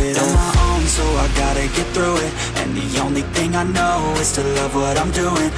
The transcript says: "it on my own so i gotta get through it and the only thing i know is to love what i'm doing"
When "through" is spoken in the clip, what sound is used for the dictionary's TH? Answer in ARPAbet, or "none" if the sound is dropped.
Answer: TH